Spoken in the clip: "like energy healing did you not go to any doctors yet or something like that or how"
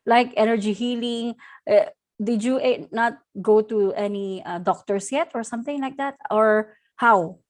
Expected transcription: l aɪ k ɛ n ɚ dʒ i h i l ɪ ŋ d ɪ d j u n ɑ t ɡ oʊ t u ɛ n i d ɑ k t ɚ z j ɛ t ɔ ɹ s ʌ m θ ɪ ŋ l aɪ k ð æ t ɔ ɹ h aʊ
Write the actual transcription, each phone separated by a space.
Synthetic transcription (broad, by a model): l aɪ k ɛ n ɚ dʒ i h i l ɪ ŋ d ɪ d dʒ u n ɑ t ɡ oʊ t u ɛ n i d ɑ k t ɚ s j ɛ t ɔ ɹ s ʌ m θ ɪ ŋ l aɪ k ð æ t ɔ ɹ h aʊ